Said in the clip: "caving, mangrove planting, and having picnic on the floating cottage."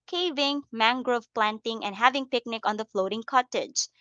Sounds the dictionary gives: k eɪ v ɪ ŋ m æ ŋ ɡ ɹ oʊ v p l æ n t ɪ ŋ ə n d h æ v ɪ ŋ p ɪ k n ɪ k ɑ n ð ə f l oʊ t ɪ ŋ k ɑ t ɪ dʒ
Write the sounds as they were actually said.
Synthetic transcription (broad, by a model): k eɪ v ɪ ŋ m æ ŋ ɡ ɹ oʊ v p l æ n t ɪ ŋ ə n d h æ v ɪ ŋ p ɪ k n ɪ k ɑ n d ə f l oʊ t ɪ ŋ k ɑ t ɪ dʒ